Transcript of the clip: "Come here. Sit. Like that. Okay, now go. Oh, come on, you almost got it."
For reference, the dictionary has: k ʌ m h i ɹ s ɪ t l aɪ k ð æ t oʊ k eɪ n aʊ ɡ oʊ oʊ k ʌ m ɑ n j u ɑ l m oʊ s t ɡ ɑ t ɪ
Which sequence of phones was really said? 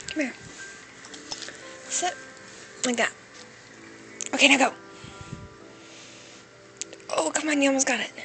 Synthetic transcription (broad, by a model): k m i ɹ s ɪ l aɪ k ð æ t oʊ k eɪ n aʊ ɡ oʊ oʊ k ʌ m ɑ n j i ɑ m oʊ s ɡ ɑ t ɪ